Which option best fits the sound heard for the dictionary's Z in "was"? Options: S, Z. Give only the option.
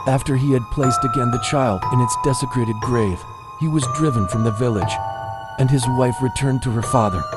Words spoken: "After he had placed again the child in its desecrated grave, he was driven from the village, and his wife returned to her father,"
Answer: Z